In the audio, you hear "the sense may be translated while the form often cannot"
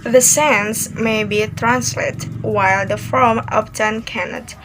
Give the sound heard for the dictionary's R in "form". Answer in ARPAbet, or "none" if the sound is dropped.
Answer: L